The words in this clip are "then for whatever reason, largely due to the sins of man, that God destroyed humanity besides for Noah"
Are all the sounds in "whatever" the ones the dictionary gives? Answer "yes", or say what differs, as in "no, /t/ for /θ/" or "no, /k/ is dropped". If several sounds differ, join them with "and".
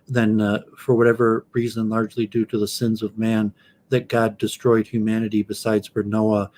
yes